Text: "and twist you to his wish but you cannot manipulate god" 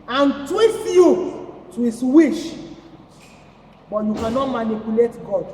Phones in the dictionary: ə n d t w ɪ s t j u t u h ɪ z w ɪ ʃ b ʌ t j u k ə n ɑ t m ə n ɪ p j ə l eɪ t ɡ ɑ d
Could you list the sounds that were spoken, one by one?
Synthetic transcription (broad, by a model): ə n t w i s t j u t u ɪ s w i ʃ b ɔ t j u k ə n ɑ t m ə n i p j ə l eɪ t ɡ ɑ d